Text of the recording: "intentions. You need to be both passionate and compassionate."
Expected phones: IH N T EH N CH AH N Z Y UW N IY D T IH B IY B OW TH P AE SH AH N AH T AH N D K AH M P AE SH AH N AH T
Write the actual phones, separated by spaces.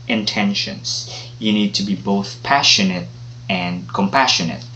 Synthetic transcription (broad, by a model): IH N T EH N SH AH N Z Y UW N IY D T IH B IY B OW TH P AE SH AH N AH T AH N K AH M P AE SH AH N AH T